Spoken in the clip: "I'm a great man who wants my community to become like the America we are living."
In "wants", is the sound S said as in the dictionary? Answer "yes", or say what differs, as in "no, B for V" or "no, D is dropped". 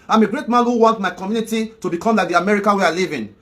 no, S is dropped